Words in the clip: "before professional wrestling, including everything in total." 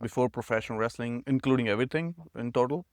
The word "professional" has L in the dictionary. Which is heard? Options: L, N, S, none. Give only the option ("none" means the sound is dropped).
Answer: N